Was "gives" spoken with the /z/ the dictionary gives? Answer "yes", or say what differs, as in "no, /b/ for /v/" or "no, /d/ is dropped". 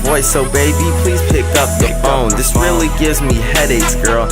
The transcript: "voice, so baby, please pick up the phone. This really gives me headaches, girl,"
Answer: yes